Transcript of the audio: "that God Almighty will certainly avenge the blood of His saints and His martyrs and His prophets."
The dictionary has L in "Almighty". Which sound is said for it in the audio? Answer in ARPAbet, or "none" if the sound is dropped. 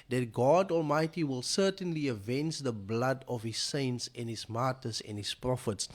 L